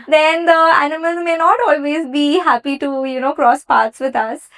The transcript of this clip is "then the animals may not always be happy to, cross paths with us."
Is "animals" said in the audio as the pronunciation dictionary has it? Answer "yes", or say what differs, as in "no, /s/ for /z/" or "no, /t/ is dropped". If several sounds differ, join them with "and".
yes